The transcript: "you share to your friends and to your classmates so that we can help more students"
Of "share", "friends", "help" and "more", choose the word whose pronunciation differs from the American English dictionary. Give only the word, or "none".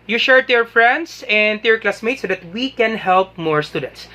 friends